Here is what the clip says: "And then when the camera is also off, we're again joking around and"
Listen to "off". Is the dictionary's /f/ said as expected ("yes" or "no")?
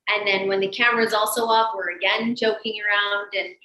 no